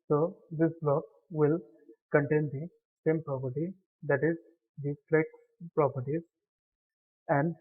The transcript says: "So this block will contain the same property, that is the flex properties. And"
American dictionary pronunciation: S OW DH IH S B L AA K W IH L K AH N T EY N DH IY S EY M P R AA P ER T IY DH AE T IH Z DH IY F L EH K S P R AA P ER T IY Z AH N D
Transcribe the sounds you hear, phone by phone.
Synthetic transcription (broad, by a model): S OW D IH S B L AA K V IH L K AH N T EY N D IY S EY M P R AA P ER T IY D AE T IH Z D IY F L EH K P R AA P ER T IY Z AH N D